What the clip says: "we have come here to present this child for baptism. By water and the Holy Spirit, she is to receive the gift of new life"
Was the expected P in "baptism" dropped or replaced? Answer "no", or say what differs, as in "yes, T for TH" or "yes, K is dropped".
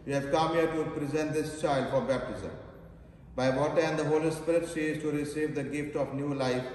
no